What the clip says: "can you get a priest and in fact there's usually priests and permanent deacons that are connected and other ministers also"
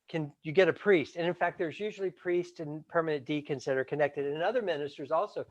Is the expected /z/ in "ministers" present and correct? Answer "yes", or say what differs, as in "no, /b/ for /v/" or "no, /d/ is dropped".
yes